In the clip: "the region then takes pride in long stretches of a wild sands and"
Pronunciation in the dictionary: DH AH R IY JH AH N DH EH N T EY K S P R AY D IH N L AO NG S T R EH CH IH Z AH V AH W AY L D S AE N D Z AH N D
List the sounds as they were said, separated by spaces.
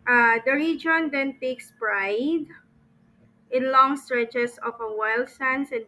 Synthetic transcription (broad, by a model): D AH R IY JH AH N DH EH N T EY K S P R AY D IH N L AO NG S T R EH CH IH S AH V AH W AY L S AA N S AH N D